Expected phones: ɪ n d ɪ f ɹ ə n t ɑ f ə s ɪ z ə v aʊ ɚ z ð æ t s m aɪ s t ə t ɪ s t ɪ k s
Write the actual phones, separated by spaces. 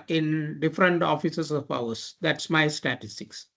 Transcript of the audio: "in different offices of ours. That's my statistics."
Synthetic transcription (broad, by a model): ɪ n d ɪ f ɹ ə n t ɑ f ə s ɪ s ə p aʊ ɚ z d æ t s m aɪ s t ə t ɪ s t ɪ k s